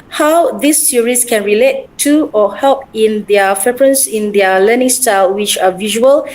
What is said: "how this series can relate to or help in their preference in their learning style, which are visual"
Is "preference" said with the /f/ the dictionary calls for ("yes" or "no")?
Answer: no